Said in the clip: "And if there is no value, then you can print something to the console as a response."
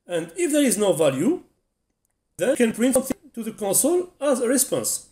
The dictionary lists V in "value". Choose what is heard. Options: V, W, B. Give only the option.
V